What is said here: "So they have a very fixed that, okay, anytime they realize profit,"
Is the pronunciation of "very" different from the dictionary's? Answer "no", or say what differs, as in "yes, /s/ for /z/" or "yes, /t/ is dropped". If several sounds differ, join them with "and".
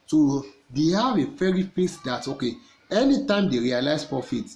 yes, /f/ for /v/